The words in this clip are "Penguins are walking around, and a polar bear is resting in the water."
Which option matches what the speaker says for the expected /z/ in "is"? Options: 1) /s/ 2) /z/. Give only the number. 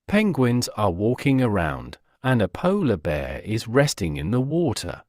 2